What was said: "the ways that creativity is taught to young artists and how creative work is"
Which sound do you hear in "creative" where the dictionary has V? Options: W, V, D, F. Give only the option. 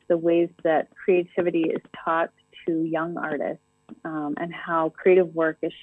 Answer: V